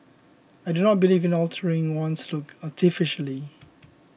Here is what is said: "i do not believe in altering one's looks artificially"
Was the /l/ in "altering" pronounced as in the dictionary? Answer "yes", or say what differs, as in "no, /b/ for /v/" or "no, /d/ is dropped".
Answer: yes